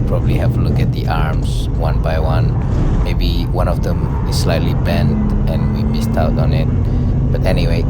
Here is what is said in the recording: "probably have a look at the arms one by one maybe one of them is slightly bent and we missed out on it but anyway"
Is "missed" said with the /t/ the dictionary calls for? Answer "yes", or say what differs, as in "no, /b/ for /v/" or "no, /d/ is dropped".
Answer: yes